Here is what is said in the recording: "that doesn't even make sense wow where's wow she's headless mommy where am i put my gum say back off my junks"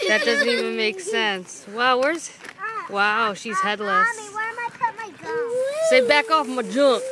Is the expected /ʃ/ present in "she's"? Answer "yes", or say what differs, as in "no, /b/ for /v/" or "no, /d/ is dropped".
yes